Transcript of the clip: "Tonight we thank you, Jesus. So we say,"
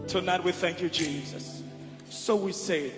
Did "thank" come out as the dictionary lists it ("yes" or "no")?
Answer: yes